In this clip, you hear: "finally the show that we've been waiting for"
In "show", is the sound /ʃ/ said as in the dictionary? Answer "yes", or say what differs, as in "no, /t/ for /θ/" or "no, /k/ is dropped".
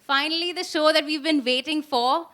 yes